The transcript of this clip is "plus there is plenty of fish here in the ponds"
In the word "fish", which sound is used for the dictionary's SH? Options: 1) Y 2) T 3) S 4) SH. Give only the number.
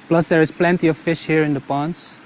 4